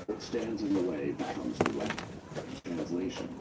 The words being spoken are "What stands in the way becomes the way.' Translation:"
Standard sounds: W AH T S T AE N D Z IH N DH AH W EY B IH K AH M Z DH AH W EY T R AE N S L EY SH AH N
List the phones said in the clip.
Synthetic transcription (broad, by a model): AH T S T AE N D Z IH N DH AH W EY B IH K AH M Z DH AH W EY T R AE N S L EY SH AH N